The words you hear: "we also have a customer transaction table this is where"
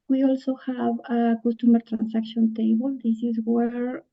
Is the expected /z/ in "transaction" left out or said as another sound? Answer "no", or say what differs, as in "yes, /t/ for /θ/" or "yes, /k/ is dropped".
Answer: yes, /s/ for /z/